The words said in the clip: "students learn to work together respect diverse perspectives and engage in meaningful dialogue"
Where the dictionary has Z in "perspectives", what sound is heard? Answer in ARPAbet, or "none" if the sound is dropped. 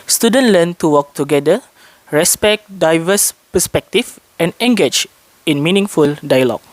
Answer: none